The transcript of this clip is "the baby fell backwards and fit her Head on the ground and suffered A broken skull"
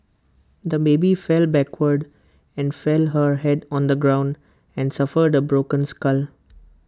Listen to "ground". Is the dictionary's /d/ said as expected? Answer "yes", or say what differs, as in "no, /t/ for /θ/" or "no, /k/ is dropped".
yes